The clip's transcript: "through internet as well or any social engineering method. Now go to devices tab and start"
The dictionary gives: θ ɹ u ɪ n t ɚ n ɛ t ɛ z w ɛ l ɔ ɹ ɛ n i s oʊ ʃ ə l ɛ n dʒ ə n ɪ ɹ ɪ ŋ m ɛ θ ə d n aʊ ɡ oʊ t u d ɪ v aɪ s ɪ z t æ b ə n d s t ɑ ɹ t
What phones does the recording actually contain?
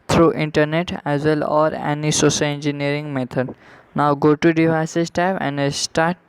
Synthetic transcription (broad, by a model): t ɹ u ɪ n t ɚ n ɛ t ɛ z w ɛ l ɔ ɹ ɛ n i s oʊ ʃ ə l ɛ n dʒ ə n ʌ ɹ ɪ ŋ m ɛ t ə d n aʊ ɡ oʊ t u d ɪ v aɪ s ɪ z t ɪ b ə n d s t ɑ ɹ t